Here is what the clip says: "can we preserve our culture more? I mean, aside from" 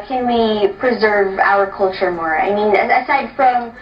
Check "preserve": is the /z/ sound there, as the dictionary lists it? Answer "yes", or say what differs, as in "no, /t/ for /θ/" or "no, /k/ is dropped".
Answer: yes